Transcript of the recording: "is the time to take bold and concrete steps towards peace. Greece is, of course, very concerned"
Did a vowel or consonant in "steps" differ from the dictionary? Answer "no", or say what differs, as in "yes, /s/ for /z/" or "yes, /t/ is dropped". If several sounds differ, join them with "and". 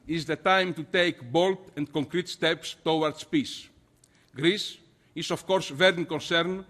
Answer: no